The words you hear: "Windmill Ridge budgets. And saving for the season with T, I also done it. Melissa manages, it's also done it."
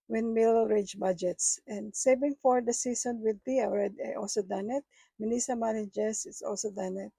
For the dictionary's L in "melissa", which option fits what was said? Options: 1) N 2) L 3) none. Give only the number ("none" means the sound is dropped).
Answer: 1